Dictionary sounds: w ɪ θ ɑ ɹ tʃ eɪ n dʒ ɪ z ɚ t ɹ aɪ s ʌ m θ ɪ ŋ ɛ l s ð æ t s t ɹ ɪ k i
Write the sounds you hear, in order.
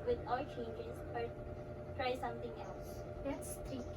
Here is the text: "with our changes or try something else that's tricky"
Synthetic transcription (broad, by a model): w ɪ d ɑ l tʃ eɪ n dʒ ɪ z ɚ t ɹ aɪ s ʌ m t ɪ ŋ ɛ l s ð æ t s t ɹ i